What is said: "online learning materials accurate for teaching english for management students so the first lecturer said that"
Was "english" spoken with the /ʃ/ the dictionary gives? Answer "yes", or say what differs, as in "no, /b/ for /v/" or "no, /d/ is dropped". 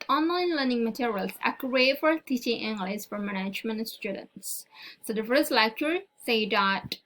no, /s/ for /ʃ/